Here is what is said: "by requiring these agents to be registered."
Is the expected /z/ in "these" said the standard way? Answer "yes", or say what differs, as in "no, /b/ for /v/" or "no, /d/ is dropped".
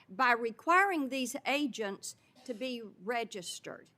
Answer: yes